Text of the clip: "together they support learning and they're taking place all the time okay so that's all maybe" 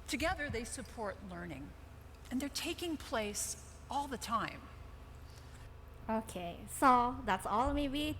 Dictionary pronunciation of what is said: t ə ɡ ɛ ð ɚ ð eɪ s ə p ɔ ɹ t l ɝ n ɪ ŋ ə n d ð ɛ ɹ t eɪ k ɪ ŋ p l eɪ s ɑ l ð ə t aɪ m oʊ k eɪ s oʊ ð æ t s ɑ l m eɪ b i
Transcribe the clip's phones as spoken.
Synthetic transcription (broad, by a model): t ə ɡ ɛ ð ɚ ð eɪ s ə p ɔ ɹ t l ɝ n ɪ ŋ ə n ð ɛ ɹ t eɪ k ɪ ŋ p l eɪ s ɑ l ð ə t aɪ m oʊ k eɪ s oʊ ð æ t s ɑ l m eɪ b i